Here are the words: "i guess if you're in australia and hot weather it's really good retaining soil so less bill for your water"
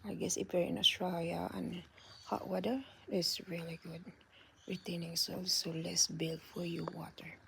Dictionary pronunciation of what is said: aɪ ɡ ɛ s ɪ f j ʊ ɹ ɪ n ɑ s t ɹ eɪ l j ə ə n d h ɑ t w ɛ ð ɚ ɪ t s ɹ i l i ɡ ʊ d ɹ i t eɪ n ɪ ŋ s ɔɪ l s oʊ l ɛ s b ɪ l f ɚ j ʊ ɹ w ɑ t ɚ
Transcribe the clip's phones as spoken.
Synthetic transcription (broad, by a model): aɪ ɡ ɛ s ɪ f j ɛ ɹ ɪ n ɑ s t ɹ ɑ j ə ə n h ɑ t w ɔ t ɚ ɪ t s ɹ i l i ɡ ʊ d ɹ i t eɪ n ɪ ŋ s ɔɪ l s oʊ l ɛ s b ɪ l f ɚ j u w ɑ t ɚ